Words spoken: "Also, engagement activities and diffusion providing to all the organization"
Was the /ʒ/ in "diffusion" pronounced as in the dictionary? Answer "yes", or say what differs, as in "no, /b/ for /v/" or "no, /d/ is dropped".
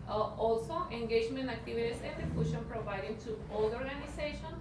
no, /ʃ/ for /ʒ/